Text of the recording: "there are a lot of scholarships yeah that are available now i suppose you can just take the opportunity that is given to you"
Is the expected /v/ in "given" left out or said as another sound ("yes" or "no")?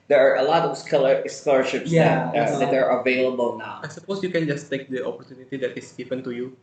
yes